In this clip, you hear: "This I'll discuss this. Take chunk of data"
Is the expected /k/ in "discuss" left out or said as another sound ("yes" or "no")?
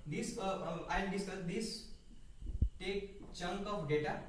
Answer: yes